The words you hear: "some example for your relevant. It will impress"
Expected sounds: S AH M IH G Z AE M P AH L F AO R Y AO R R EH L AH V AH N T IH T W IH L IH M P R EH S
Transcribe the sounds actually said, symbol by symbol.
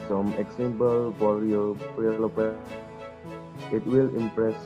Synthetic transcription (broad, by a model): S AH M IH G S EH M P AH L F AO R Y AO R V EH L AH P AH T IH T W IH L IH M P R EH S